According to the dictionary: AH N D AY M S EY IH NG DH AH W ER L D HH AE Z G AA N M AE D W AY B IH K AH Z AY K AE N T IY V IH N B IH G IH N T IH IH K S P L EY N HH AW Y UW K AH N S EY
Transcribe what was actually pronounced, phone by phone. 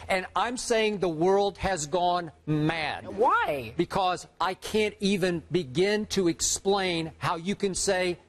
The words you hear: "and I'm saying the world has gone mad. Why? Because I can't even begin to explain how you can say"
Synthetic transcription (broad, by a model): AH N AY M S EY IH NG DH AH W ER L D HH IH Z G AA N M AE D W AY B IH K AH Z AY K AE N T IY V IH N B IH G IH N T IH IH K S P L EY N HH AW Y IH K AH N S EY